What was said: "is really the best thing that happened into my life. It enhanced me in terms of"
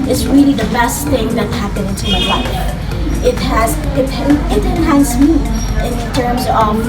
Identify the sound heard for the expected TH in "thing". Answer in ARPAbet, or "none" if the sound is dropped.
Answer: TH